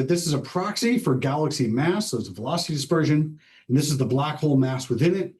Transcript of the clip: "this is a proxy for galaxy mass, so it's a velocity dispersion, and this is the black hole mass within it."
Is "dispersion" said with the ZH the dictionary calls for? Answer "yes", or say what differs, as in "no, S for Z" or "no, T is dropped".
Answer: yes